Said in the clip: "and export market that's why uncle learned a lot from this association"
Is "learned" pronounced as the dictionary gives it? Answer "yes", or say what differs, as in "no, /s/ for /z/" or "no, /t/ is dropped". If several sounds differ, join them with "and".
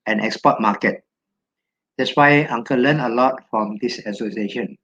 no, /d/ is dropped